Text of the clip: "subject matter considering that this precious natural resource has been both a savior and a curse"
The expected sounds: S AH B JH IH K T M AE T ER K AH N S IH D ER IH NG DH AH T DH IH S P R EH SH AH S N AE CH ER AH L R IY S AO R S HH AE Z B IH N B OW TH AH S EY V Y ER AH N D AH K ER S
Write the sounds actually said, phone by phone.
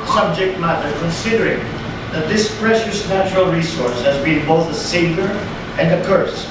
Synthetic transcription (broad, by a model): S AH B JH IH K T M AE T ER K AH N S IH D ER IH NG DH AH T DH IH S P R EH SH AH S N AE CH ER AH L R IY S AO R S HH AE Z B IH N B OW TH AH S EY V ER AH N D AH K ER S